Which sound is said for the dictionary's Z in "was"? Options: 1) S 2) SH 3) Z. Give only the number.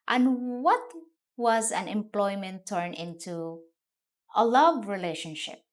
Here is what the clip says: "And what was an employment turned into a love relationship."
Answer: 3